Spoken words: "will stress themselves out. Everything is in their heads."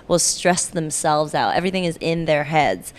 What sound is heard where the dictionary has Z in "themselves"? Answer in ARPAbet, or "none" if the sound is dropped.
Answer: Z